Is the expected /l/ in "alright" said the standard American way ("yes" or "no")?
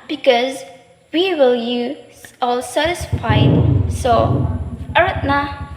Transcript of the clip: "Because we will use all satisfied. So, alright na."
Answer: no